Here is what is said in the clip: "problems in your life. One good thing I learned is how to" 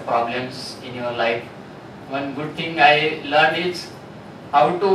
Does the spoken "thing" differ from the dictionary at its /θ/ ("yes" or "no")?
yes